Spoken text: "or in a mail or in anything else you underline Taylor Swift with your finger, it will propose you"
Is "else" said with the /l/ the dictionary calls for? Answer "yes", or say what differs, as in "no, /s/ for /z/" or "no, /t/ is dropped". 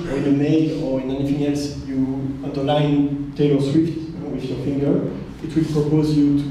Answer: yes